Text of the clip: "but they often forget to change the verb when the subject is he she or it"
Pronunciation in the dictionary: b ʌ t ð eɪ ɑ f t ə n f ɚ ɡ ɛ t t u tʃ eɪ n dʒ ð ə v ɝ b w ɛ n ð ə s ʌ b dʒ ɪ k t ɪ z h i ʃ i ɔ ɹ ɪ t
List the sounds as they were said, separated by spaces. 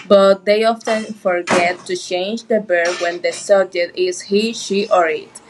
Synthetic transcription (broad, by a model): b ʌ t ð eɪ ɑ f t ə n f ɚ ɡ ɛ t t u tʃ eɪ n dʒ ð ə b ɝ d w ɛ n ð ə s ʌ dʒ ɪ t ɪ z h i ʃ i ɔ ɹ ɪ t